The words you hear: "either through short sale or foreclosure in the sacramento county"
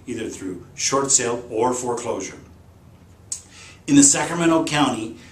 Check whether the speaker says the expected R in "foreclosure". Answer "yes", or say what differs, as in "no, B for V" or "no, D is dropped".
yes